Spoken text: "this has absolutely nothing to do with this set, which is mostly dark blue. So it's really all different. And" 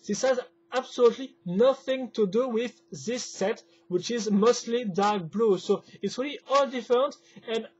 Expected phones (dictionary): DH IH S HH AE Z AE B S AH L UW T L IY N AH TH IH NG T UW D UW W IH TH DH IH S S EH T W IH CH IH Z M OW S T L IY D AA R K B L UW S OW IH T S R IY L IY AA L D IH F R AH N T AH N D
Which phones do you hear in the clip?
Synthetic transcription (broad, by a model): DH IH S HH AE Z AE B S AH L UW T L IY N AH TH IH NG T UW D UW W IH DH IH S S EH T W IH CH IH Z M OW S T L IY D AA R K B L UW S OW IH T S R IY L IY AA L D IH F R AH N T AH N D